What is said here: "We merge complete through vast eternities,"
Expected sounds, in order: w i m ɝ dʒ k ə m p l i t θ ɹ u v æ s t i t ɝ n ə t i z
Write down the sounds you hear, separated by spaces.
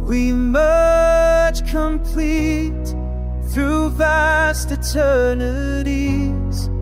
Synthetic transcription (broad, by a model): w i m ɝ tʃ k ə m p l i t θ ɹ u v æ s t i t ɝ n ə t i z